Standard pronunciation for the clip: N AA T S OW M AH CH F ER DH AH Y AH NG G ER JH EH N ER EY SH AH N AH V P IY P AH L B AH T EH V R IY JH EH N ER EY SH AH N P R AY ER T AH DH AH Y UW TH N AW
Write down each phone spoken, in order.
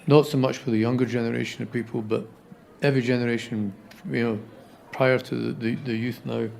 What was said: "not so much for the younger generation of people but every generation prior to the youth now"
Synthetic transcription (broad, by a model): N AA T S OW M AH CH F ER DH AH Y AH NG G ER JH EH N ER EY SH AH N AH V P IY P AH L B AH T EH V R IY JH EH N ER EY SH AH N P R AY ER T AH DH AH Y UW TH N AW